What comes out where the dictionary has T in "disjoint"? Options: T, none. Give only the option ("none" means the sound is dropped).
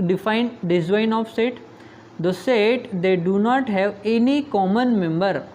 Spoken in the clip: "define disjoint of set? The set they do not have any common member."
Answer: none